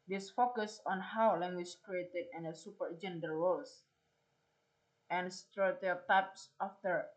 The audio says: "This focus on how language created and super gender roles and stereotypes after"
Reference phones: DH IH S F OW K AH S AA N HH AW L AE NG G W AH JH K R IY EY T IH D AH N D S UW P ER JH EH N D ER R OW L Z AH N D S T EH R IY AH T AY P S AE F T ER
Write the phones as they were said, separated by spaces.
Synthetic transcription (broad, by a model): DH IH S F OW K AH S AA N HH AW L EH NG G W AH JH K R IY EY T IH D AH N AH S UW P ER JH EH N D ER W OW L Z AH N S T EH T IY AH T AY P S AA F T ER